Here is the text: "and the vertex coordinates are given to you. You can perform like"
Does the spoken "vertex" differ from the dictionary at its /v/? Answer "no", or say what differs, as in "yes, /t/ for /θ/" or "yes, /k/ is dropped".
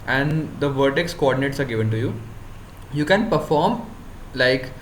no